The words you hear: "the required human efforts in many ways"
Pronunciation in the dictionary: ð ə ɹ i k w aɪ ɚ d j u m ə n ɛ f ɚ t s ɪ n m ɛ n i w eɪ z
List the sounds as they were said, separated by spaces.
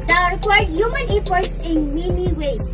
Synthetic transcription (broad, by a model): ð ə ɹ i k w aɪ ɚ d j u m ə n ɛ p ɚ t s ɪ n m ɛ n i w eɪ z